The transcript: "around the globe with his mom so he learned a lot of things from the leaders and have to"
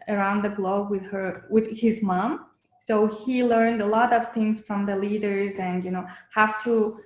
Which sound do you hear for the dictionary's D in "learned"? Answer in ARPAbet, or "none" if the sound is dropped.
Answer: D